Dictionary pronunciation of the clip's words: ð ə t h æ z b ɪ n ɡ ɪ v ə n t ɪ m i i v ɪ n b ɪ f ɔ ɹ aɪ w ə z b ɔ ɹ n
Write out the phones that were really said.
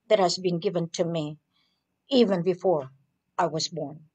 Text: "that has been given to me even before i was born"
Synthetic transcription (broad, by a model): ð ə t h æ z b ɪ n ɡ ɪ v ə n t ɪ m i i v ɪ n b ɪ f ɔ ɹ aɪ w ə z b ɔ ɹ n